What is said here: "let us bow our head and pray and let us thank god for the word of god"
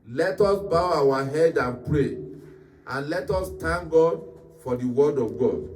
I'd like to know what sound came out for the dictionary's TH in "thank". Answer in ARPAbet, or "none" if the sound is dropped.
T